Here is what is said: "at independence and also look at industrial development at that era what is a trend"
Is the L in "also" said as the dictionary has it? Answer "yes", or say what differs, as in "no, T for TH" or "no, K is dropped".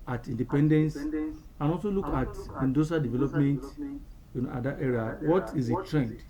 yes